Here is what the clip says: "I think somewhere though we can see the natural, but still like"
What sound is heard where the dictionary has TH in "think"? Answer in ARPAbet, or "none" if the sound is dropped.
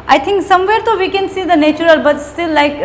T